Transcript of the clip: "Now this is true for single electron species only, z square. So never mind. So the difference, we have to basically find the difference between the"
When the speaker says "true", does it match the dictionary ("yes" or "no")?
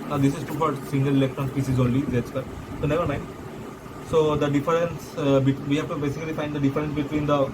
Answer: no